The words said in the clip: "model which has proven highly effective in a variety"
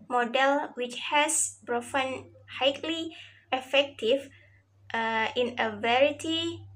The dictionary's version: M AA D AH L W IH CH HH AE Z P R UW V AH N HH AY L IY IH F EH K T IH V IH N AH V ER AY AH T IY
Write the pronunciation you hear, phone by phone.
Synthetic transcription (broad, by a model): M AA D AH L W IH CH HH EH S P R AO F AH N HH AY L IY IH F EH K T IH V IH N AH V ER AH T IY